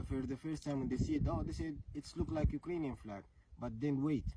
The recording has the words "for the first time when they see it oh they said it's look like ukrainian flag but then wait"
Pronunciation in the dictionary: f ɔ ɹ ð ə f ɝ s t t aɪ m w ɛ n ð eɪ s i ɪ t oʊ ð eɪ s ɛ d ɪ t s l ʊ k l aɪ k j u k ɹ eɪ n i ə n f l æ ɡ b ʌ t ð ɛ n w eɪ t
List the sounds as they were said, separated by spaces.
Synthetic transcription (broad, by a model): f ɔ ɹ ð ə f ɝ s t t aɪ m w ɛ n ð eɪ s i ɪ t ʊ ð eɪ s ɛ d ɪ t s l ʊ k l aɪ k j u k ɹ eɪ n i ə n f l æ ɡ b ʌ t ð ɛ n w eɪ t